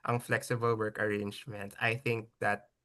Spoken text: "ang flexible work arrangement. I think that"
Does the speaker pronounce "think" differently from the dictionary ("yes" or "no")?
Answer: no